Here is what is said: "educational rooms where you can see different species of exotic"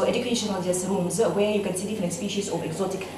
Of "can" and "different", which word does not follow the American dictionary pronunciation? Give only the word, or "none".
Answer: different